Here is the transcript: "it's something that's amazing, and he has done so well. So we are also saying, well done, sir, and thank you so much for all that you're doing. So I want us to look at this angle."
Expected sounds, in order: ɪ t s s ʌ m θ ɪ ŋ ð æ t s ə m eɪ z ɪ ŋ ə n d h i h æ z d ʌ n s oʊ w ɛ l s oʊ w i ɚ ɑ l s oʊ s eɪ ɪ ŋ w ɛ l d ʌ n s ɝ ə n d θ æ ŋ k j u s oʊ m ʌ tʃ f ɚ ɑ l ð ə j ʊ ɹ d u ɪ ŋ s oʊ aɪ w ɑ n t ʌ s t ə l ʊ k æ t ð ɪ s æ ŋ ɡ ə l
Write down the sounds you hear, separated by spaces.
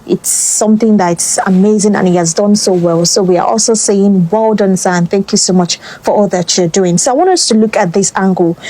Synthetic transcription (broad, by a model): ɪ t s s ʌ m θ ɪ ŋ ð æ t s ə m eɪ z ɪ ŋ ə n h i h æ z d ʌ n s oʊ w ɛ l s oʊ w i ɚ ɑ l s oʊ s eɪ ɪ ŋ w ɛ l d ʌ n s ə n θ æ ŋ k j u s oʊ m ʌ tʃ f ɚ ɑ l ð ə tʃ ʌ ɹ d u ɪ ŋ s oʊ aɪ w ɑ n t ʌ s t ə l ʊ k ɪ t ð ɪ s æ ŋ ɡ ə l